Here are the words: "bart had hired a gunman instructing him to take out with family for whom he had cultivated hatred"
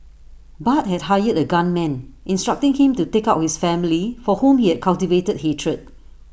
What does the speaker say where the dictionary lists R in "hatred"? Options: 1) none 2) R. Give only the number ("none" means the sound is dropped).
2